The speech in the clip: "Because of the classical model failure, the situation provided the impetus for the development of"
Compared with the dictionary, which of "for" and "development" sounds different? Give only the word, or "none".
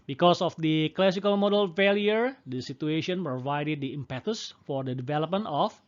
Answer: none